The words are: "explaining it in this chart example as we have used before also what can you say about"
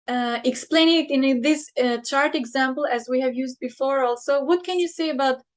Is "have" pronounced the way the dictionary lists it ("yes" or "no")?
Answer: yes